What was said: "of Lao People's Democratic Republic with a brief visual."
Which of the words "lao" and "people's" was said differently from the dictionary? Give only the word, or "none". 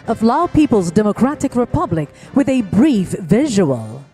none